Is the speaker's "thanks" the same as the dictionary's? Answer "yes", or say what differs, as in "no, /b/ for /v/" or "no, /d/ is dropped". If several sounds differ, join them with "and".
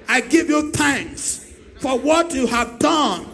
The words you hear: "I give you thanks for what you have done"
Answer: yes